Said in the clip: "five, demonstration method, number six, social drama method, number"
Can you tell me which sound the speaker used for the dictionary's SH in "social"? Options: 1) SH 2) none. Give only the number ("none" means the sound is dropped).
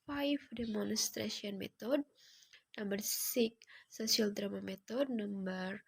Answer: 2